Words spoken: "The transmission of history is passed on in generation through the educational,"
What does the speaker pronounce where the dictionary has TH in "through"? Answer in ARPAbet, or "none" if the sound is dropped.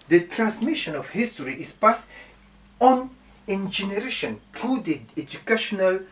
T